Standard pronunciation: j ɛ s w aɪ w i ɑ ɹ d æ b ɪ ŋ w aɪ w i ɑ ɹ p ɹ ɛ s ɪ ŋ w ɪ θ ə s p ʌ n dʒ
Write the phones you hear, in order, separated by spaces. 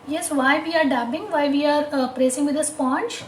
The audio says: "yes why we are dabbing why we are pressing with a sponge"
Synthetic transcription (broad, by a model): j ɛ s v aɪ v i ɑ ɹ d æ b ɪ ŋ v aɪ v i ɑ ɹ p ɹ ɛ s ɪ ŋ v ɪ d ə s p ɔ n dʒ